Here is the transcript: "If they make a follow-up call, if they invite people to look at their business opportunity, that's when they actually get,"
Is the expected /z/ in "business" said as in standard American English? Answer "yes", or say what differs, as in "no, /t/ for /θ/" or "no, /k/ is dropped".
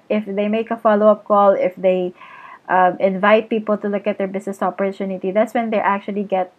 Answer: no, /s/ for /z/